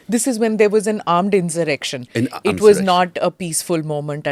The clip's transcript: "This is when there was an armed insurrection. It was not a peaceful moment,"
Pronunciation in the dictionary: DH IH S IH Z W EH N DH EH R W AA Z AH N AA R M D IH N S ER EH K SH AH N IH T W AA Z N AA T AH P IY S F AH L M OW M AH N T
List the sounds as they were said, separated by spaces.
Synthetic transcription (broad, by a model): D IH S IH Z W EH N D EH R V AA Z AH N AA R M D IH N S ER EH K SH AH N IH T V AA Z N AA T AH P IY S F AH L M OW M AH N T